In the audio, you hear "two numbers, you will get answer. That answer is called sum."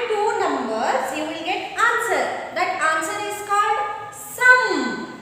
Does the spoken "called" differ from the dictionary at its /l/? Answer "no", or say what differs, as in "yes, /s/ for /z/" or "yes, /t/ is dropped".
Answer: no